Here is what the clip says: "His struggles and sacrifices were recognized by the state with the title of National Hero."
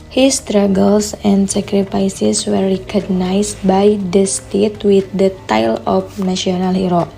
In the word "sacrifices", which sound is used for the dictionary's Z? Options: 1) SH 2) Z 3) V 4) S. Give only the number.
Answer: 4